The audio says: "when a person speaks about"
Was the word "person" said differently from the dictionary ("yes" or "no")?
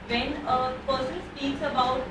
yes